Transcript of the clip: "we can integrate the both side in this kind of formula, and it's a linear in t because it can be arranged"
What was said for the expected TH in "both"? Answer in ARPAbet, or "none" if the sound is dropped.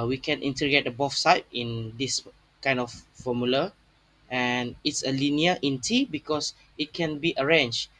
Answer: F